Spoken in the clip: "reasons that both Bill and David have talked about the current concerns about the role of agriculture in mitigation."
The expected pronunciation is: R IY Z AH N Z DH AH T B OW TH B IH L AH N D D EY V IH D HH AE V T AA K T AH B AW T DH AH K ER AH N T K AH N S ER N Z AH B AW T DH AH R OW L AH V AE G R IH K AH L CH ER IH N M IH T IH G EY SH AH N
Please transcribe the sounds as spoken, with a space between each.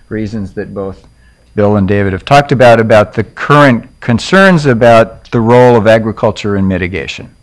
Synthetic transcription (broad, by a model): R IY Z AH N Z DH AH T B OW TH B IH L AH N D D EY V IH D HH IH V T AA K T AH B AW T DH AH K ER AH N K AH N S ER N Z AH B AW T DH AH R OW L AH V AE G R IH K AH L CH ER IH N M IH T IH G EY SH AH N